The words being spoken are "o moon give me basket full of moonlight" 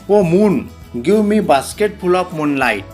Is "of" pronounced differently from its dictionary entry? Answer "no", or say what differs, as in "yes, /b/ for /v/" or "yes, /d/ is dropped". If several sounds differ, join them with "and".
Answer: yes, /p/ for /v/